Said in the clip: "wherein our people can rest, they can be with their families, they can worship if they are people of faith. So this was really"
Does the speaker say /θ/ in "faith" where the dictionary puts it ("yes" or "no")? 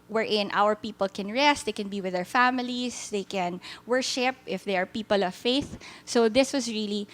yes